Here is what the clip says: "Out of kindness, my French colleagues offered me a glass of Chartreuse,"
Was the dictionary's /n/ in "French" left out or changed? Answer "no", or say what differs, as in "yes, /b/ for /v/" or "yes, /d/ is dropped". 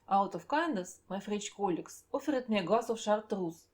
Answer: yes, /n/ is dropped